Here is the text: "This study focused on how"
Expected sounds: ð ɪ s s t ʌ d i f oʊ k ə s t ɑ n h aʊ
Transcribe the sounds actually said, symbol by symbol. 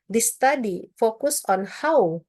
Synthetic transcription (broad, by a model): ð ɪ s s t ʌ d i f oʊ k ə s ɑ n h aʊ